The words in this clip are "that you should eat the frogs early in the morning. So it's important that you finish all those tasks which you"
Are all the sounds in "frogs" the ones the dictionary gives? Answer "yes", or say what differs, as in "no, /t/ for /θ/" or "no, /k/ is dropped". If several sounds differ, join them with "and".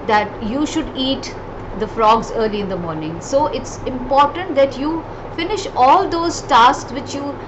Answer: yes